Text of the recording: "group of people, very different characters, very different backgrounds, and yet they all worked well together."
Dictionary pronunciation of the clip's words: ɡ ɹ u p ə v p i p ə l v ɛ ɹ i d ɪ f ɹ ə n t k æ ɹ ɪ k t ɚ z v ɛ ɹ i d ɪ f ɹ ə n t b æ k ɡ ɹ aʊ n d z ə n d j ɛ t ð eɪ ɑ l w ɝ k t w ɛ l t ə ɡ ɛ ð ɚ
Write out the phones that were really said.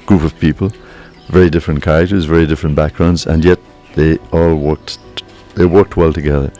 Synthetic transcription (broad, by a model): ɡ ɹ u p ə v p i p ə l v ɛ ɹ i d ɪ f ɹ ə n k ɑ ɪ t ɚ z v ɛ ɹ i d ɪ f ɹ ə n b æ k ɡ ɹ aʊ n d z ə n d j ɛ t ð eɪ ɑ l w ɝ k t w ɛ l t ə ɡ ɛ ð ɚ